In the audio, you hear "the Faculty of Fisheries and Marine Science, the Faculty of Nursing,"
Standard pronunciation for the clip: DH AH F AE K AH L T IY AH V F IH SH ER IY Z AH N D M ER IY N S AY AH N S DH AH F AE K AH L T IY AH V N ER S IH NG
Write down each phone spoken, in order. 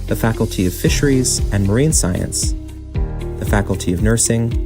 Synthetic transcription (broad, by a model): DH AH F AE K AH L T IY AH V F IH SH ER IY Z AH N M ER IY N S AY AH N S DH AH F AE K L T IY AH V N ER S IH NG